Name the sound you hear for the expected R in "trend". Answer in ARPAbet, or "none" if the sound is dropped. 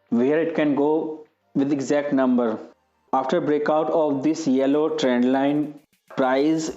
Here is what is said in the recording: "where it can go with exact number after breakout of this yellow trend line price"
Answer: R